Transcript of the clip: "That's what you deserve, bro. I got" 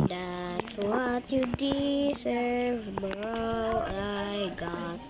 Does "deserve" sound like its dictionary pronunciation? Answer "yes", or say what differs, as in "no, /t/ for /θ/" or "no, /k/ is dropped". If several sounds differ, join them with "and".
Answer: no, /s/ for /z/